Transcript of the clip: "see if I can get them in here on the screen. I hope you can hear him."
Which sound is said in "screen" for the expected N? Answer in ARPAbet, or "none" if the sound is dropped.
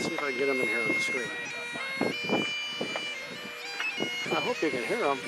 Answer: none